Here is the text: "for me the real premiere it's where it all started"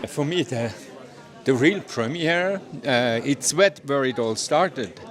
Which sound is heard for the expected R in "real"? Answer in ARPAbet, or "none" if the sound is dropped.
R